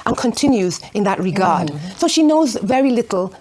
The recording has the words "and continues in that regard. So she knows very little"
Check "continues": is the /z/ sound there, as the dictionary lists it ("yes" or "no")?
yes